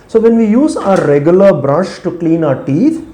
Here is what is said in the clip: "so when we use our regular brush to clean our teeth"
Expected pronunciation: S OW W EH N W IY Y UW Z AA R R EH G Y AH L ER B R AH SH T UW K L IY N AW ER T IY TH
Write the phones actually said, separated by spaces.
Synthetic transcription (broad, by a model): S OW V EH N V IY Y UW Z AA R R EH G Y AH L ER B R AH SH T UW K L IY N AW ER T IY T